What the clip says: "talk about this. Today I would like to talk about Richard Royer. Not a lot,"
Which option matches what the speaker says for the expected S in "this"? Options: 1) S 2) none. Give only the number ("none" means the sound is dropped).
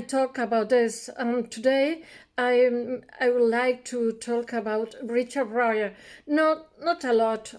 1